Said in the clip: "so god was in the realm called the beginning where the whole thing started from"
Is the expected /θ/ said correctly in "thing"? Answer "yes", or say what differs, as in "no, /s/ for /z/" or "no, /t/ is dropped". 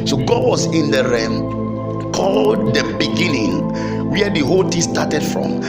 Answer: no, /t/ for /θ/